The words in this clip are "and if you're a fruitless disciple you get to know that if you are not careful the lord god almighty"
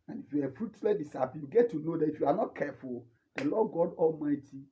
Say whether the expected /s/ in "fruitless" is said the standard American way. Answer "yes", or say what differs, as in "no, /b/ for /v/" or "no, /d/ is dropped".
no, /s/ is dropped